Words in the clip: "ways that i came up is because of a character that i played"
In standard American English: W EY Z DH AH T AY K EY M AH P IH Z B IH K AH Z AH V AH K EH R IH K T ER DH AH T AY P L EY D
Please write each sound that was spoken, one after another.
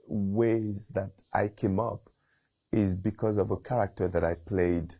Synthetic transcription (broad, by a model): W EY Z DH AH T AY K EY M AH P IH Z B IH K AH Z AH V AH K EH R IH K T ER DH AH T AY P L EY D